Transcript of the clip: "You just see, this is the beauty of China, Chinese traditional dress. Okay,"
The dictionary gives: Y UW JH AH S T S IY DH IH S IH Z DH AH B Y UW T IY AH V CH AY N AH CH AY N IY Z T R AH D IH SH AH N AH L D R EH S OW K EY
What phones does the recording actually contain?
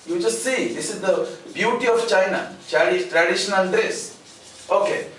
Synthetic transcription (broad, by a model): Y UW JH AH S T S IY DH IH S IH Z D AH B Y UW T IY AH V CH AY N AH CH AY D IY T R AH D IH SH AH N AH L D R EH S OW K EY